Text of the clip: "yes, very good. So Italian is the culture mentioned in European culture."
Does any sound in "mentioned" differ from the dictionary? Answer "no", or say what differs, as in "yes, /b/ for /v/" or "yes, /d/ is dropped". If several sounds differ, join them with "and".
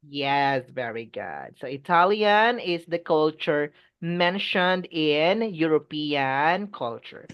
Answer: no